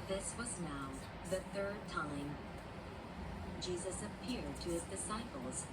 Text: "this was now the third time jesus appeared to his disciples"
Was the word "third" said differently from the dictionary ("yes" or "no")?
no